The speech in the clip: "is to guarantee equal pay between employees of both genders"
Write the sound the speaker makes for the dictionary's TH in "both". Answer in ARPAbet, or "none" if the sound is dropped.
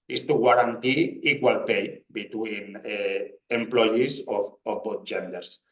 T